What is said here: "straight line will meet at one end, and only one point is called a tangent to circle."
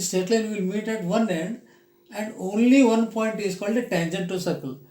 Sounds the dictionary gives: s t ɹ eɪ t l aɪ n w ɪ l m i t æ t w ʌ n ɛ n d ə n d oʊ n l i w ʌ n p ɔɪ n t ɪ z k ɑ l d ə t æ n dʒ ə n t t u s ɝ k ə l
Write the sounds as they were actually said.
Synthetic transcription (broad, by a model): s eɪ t l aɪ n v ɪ l m i t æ t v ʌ n ɛ n d ə n d oʊ n l i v ʌ n p ɔɪ n t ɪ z k ɑ l d ə t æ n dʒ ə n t t u s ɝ k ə l